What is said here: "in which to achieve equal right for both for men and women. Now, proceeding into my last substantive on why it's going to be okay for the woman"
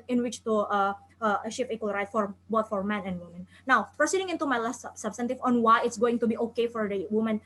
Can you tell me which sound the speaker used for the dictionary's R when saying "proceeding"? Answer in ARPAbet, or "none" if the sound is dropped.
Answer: none